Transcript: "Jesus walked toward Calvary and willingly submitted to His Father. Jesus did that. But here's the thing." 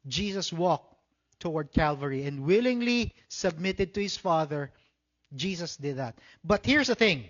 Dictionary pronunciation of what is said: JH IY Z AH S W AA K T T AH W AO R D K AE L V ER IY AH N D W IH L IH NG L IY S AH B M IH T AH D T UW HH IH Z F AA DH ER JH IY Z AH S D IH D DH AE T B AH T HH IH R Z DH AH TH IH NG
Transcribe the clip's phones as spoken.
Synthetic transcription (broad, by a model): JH IY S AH S W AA K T T AH W AO R D K AE L V ER IY AH N D W IH L IH NG L IY S AH B M IH T AH D T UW HH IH S F AA DH ER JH IY S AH S D IH D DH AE T B AH T HH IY R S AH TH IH NG